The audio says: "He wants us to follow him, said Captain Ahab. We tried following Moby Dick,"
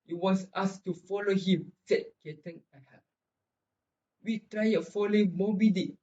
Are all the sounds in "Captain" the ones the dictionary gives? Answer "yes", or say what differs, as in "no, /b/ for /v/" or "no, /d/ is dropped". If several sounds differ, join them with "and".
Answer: no, /p/ is dropped